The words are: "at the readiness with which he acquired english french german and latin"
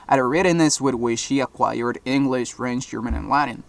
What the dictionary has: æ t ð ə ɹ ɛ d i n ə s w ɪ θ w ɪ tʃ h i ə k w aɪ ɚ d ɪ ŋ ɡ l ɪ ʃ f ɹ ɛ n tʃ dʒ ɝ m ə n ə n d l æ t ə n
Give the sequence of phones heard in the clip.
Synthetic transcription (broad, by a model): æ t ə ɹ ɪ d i n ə s w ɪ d w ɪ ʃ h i ə k w aɪ ɚ d ɪ ŋ ɡ l ɪ ʃ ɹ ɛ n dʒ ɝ m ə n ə n l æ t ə n